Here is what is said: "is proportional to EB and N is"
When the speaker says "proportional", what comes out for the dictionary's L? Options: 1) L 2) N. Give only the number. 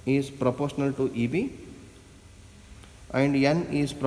1